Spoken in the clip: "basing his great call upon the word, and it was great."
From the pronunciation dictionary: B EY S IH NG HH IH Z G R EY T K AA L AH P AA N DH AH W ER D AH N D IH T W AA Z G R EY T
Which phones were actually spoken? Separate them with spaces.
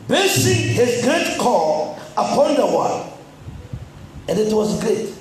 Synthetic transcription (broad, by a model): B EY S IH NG HH IH Z G R EY T K AA L AH P AA N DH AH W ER AH N D IH T W AA Z G R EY T